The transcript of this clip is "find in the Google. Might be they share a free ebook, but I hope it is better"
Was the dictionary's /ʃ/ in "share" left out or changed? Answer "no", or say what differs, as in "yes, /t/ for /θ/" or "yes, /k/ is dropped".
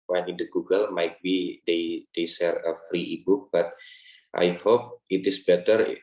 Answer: yes, /s/ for /ʃ/